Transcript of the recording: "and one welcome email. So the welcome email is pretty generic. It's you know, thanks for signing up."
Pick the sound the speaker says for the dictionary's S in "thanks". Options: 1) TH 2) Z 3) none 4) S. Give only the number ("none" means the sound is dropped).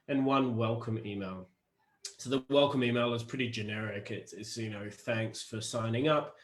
4